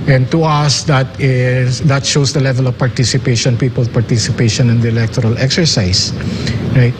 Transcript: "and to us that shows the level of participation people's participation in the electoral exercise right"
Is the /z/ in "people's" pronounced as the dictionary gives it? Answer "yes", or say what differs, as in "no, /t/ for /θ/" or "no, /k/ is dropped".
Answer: no, /z/ is dropped